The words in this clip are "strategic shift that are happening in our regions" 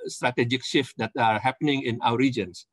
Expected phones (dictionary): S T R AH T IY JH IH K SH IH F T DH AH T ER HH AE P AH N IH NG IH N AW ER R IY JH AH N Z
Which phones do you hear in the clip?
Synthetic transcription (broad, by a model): S T R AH T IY JH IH K SH IH F T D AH T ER HH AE P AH N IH NG IH N AW ER R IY JH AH N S